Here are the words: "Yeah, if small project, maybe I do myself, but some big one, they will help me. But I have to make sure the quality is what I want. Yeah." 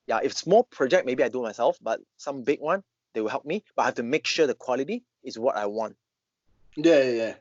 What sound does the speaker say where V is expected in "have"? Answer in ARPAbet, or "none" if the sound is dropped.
F